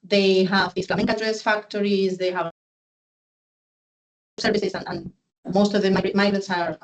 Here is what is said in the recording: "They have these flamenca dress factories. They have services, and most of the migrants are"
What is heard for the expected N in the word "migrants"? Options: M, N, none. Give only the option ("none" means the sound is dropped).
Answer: none